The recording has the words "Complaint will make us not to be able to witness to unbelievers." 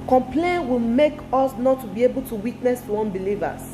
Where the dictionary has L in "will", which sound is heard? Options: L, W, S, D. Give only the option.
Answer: L